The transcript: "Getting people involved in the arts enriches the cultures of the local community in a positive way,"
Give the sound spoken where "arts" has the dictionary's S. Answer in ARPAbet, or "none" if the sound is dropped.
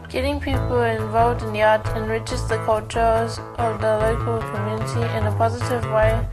none